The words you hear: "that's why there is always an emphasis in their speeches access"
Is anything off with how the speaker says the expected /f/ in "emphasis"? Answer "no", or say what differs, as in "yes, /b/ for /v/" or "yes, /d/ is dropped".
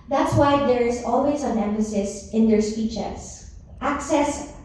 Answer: yes, /f/ is dropped